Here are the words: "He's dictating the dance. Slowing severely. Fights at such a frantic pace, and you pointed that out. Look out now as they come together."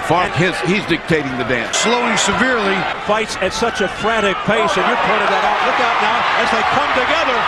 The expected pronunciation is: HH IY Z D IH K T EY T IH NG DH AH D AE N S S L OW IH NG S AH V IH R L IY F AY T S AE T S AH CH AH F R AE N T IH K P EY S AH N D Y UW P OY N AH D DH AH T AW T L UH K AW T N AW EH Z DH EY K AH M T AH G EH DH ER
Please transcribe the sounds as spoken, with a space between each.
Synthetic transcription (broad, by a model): HH IY Z D IH K T EY T IH NG DH AH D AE N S S L OW IH NG S AH V IH R L IY F AY T S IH T S AH CH AH F R AE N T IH K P EY S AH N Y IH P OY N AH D DH AH T AW T L UH K AW T N AW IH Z DH EY K AH M T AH G EH DH ER